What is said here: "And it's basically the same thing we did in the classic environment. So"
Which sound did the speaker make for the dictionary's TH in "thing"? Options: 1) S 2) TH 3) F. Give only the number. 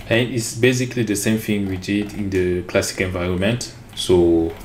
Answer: 3